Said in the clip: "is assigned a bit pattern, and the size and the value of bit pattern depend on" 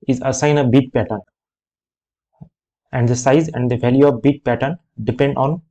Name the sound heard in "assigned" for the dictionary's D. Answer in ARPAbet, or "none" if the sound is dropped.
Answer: none